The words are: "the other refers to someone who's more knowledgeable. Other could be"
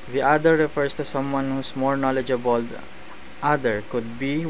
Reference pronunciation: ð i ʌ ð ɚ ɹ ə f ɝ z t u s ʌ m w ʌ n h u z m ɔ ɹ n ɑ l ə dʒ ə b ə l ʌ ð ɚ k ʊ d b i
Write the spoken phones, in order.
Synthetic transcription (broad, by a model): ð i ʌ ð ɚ ɹ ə f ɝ s t u s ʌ m w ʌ n h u s m ɔ ɹ n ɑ l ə dʒ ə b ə l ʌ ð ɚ k ʊ d b i